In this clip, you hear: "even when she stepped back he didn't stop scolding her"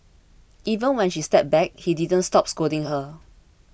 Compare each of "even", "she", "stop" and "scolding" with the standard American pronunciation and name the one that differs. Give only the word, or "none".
scolding